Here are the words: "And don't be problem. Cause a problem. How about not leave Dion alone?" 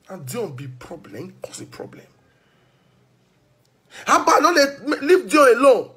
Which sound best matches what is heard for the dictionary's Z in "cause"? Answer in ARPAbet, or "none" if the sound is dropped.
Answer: S